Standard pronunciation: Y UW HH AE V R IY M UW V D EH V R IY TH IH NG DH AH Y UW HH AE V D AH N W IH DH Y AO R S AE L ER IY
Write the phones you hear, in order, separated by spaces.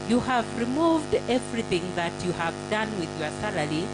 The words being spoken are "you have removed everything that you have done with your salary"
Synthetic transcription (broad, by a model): Y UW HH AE V R IY M UW V D EH V R IY TH IH NG DH AH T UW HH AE V D AH N W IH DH Y AO R S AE L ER IY